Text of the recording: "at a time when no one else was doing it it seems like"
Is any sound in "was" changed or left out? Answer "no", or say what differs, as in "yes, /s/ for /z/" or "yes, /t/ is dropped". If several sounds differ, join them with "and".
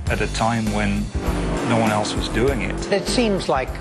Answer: no